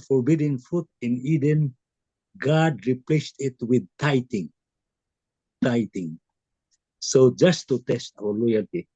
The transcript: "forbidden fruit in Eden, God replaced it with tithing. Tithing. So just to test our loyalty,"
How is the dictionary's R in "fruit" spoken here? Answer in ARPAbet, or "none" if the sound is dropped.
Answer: none